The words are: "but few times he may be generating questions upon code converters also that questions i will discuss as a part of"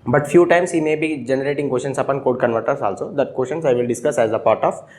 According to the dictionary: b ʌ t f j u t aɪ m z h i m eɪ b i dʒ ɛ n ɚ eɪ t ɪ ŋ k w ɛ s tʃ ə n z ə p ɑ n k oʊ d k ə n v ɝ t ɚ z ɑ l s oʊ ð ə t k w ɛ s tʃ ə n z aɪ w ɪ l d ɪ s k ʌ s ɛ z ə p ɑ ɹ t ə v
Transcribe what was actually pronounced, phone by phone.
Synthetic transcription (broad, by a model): b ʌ t f j u t aɪ m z h i m eɪ b i dʒ ɛ n ɚ eɪ t ɪ ŋ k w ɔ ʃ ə n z ə p ɑ n k oʊ d k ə n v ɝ t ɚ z ɑ l s oʊ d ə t k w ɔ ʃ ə n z aɪ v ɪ l d ɪ s k ʌ s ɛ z ə p ɑ ɹ t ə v